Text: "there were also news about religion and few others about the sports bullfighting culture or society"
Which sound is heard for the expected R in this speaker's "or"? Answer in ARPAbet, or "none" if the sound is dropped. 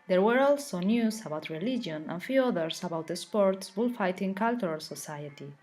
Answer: L